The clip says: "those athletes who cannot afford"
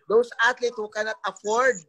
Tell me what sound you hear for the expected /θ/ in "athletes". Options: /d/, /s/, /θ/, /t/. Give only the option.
/t/